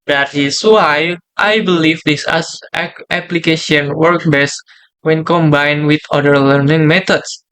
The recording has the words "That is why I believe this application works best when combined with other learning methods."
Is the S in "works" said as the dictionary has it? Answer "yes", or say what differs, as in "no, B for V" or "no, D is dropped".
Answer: no, S is dropped